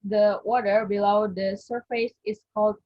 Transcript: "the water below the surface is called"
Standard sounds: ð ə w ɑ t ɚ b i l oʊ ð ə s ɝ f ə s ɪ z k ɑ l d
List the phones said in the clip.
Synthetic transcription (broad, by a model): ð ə w ɑ t ɚ b i l oʊ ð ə s ɝ f ə s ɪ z k ɑ l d